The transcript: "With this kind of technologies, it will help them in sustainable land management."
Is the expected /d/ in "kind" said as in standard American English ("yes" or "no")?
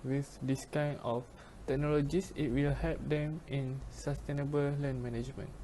no